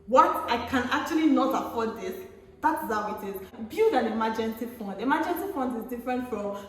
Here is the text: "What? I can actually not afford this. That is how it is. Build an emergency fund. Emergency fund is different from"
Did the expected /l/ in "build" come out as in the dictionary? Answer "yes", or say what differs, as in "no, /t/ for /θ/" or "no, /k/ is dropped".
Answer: no, /l/ is dropped